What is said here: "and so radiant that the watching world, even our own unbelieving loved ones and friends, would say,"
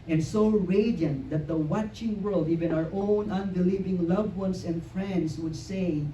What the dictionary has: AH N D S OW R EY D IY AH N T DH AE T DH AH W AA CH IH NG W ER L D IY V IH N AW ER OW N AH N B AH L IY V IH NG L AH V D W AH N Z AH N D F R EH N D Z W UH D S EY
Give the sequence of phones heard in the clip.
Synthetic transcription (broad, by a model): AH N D S OW R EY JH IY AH N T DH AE T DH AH W AA CH IH NG W ER L D IY V IH N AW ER OW N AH N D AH L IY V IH NG L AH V W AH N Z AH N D F R EH N D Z W UH D S EY